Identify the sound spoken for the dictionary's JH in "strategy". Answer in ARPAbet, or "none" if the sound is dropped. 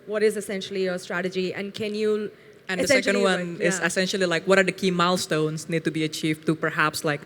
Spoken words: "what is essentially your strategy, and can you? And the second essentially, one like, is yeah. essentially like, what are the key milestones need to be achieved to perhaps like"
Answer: JH